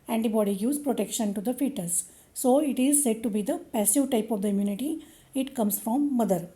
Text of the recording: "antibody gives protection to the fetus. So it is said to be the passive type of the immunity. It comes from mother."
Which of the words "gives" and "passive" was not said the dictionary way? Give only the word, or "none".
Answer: gives